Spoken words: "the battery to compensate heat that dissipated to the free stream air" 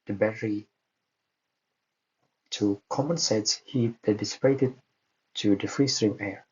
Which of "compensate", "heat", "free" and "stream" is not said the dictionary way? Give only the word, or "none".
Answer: compensate